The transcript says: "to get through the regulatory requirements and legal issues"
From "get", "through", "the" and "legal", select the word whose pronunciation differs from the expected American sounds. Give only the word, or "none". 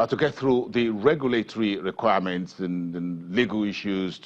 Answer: none